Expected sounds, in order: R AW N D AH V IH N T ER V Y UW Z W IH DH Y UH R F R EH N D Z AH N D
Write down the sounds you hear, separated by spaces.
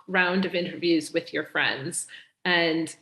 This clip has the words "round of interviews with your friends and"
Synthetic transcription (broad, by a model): R AW N D AH V IH N T ER V Y UW Z W IH DH Y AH R F R EH N D Z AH N